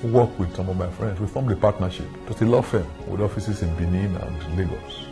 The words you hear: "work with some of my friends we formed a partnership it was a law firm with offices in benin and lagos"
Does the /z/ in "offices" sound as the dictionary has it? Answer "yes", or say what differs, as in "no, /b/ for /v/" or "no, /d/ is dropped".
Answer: no, /s/ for /z/